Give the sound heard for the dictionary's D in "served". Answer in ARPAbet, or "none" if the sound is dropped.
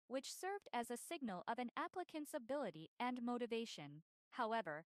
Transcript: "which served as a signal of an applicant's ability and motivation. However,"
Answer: D